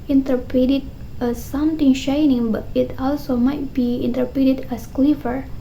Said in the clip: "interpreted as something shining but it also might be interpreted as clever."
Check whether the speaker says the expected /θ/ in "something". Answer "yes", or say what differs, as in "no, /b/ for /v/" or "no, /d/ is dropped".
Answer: no, /t/ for /θ/